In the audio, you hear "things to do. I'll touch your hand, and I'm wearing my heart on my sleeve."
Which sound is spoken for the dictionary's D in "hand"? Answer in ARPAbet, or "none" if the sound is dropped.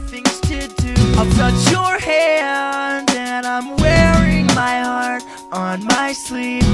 none